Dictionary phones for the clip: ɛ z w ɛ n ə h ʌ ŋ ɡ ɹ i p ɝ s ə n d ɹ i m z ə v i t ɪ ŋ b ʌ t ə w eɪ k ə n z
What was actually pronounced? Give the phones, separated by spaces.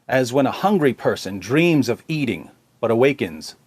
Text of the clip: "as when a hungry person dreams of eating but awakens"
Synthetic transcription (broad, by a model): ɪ z w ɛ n ə h ʌ ŋ ɡ ɹ i p ɝ s ə n d ɹ i m z ə v i t ɪ ŋ b ʌ t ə w eɪ k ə n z